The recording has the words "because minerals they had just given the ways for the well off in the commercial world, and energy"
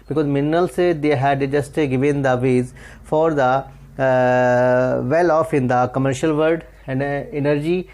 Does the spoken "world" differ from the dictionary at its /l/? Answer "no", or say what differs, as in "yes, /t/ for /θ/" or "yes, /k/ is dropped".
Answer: yes, /l/ is dropped